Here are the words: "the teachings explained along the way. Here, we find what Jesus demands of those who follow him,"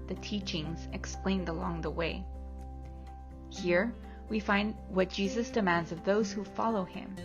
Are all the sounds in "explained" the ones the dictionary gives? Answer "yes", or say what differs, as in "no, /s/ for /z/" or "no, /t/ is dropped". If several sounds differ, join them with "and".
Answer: yes